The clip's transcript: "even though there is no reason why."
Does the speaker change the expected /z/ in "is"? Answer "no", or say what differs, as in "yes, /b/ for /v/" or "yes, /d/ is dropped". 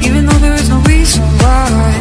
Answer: no